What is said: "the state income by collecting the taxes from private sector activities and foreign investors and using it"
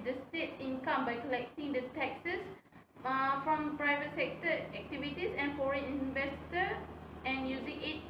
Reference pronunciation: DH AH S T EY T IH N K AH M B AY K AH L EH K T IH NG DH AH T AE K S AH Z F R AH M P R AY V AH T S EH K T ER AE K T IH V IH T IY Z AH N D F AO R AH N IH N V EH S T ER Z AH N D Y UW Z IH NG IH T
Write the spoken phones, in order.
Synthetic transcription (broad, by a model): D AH S T EY T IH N K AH M B AY K AH L EH K T IH NG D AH T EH K S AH S F R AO M P R AY V AH T S EH K T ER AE K T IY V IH T IY S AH N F AO R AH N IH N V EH S T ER AH N Y UW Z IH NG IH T